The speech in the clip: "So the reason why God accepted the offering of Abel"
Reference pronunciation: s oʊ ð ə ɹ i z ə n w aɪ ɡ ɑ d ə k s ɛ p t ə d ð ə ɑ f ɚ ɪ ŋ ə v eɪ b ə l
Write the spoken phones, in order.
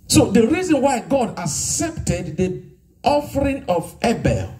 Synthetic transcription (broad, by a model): s oʊ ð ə ɹ i z ə n w aɪ ɡ ɑ d ə k s ɛ p t ə d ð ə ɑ f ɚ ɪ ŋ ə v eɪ b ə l